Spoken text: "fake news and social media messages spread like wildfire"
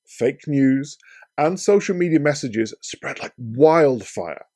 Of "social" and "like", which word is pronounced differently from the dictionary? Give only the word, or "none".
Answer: none